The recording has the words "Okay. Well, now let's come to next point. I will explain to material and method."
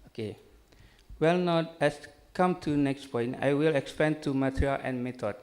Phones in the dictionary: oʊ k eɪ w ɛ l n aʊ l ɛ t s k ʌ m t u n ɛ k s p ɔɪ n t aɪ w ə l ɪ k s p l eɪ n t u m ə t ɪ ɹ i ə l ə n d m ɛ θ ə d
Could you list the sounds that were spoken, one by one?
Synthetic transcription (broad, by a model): oʊ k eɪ w ɛ l n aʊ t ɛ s k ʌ m t u n ɛ k s p ɔɪ n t aɪ w ə l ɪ k s p eɪ n t u m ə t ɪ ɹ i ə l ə n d m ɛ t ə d